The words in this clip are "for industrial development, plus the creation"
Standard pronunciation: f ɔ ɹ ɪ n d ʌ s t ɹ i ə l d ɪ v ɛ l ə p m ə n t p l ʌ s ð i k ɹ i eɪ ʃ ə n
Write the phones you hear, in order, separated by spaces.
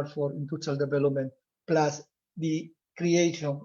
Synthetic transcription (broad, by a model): f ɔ ɹ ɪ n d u t i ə l d ɪ v ɛ l ə p m ə n t p l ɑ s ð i k ɹ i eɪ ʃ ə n